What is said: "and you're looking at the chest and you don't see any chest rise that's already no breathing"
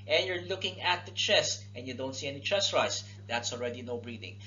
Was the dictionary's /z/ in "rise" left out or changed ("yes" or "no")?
yes